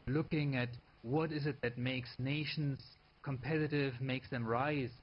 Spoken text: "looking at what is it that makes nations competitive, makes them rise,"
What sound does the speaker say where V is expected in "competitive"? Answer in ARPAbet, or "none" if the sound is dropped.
V